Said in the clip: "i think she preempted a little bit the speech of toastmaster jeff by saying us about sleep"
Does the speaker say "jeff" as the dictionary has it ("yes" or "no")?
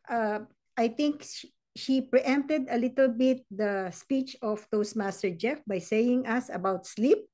yes